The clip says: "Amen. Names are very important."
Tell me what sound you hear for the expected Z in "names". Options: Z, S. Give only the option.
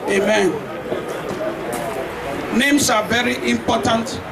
S